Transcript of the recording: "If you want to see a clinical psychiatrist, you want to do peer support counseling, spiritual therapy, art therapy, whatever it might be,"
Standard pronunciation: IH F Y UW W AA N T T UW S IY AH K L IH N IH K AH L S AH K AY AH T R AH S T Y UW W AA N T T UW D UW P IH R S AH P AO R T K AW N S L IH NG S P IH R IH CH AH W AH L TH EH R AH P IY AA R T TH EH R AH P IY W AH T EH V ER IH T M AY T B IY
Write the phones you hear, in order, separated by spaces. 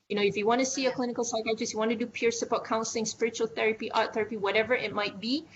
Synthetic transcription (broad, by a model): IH F Y UW W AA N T T UW S IY AH K L IH N IH K AH L S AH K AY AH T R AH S Y UW W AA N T T UW D UW P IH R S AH B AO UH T K AW N S L IH NG S P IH R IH CH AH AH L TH EH R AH P IY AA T TH EH R AH P IY W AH T EH V ER IH T M AY T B IY